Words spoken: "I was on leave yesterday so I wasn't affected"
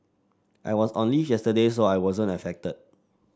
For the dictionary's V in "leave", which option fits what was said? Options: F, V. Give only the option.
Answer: F